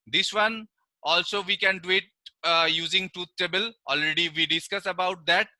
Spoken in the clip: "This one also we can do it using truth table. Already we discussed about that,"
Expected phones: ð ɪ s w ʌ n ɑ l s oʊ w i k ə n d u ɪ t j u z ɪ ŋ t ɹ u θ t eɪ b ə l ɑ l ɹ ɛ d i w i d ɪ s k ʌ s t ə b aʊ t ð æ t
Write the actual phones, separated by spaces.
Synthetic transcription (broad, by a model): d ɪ s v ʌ n ɑ l s oʊ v i k ə n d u ɪ t j u z ɪ ŋ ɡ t u t t eɪ b ə l ɑ l ɹ ɛ d i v i d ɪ s k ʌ s ə b aʊ t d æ t